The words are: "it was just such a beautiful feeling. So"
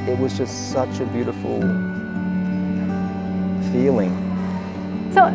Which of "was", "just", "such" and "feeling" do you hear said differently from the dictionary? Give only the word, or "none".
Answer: none